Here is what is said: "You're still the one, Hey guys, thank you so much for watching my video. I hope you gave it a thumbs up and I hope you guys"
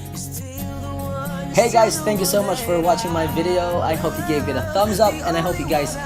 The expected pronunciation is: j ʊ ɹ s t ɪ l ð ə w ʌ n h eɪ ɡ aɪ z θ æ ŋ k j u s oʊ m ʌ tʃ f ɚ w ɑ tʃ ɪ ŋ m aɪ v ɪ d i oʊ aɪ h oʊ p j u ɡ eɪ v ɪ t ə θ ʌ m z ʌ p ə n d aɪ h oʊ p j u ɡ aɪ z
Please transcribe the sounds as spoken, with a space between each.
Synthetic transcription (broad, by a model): h eɪ ɡ aɪ z θ æ ŋ k j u s oʊ m ʌ tʃ f ɚ w ɑ tʃ ɪ ŋ m aɪ v ɪ d i oʊ aɪ h oʊ p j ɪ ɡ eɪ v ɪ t ə θ ʌ m z ʌ p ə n aɪ h oʊ p j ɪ ɡ aɪ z